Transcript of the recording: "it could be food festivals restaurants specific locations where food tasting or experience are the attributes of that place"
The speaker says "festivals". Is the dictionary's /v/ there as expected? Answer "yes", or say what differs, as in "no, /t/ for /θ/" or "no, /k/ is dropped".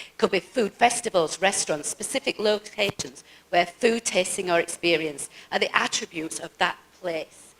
yes